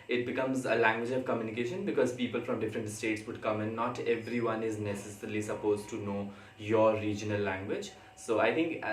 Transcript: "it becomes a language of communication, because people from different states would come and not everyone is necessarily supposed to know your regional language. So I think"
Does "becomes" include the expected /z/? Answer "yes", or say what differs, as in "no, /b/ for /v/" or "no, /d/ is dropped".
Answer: yes